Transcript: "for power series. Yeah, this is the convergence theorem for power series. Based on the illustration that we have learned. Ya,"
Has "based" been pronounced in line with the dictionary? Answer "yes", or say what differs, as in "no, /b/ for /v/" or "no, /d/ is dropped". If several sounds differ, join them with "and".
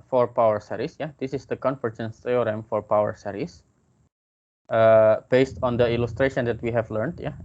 yes